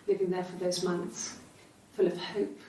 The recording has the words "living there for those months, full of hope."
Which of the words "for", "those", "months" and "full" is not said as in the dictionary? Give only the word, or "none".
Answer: none